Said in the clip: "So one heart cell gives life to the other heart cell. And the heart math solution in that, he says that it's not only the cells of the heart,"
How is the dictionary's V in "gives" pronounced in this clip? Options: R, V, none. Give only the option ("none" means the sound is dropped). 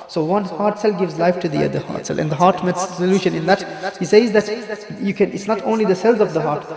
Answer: V